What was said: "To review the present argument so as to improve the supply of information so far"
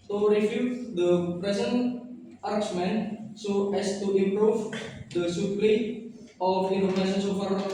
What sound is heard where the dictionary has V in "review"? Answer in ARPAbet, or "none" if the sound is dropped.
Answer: F